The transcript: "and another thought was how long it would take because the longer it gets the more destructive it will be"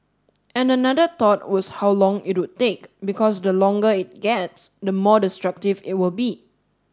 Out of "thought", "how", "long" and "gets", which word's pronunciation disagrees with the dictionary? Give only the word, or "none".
thought